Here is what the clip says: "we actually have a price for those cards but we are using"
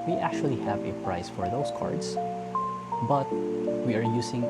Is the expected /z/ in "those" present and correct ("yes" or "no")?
no